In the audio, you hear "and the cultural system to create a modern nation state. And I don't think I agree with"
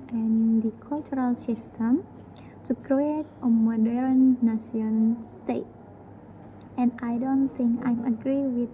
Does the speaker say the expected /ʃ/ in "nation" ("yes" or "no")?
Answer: no